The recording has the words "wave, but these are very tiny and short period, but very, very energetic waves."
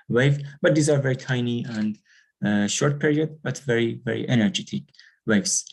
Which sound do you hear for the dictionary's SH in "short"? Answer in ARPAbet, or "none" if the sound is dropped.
SH